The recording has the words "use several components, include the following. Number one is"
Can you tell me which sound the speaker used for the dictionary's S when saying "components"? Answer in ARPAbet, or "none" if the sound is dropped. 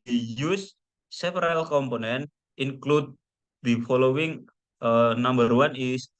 none